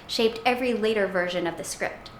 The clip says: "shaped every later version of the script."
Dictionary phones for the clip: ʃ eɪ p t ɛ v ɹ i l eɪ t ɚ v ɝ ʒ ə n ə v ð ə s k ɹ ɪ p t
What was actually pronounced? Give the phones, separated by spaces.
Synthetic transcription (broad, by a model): ʃ eɪ p t ɛ v ɹ i l eɪ t ɚ v ɝ ʒ ə n ə v ð ə s k ɹ ɪ p t